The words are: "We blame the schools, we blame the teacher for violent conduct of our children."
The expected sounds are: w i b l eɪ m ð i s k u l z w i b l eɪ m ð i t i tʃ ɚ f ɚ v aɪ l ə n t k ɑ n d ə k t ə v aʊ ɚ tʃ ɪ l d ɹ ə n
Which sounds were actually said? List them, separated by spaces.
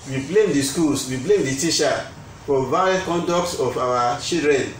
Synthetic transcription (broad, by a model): w i b l eɪ m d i s k u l s w i b l eɪ m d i t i ʃ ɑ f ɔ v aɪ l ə k ɑ n d ə k t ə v aʊ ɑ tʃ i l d ɹ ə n